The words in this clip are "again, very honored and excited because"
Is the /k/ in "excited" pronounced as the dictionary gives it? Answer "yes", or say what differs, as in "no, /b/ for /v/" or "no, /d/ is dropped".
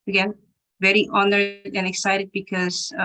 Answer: yes